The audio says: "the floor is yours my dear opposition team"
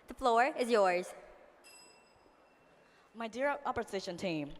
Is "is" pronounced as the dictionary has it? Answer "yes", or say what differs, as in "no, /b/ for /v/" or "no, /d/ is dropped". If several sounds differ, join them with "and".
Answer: yes